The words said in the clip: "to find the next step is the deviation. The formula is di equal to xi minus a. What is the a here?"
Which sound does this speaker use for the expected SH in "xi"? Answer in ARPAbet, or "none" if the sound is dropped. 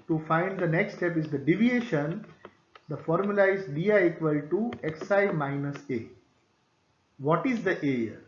S